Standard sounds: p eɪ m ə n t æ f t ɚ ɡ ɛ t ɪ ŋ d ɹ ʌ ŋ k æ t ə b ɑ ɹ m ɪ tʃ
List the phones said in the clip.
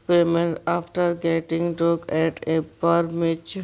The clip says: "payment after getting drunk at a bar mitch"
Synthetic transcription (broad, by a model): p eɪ m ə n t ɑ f t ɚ ɡ ɛ t ɪ ŋ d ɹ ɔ k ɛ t ə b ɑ ɹ m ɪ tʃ